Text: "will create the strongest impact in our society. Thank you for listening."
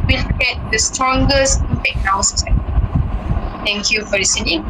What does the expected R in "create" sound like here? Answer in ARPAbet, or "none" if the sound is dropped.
none